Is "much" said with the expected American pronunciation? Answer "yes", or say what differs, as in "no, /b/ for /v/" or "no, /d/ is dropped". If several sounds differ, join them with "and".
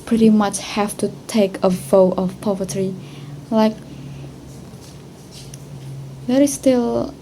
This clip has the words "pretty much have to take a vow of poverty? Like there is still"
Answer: yes